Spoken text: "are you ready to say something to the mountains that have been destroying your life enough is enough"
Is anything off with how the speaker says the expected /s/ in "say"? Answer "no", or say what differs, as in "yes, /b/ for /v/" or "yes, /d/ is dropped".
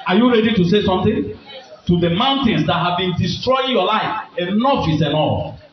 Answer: no